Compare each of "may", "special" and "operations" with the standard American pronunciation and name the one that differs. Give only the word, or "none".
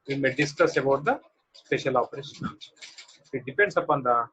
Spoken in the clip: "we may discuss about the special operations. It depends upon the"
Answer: operations